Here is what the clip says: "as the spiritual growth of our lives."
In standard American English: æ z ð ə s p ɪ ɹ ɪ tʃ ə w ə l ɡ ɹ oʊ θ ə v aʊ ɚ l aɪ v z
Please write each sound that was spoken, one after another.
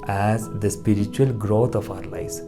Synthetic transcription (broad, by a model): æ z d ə s p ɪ ɹ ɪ tʃ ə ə l ɡ ɹ oʊ t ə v aʊ ɚ l aɪ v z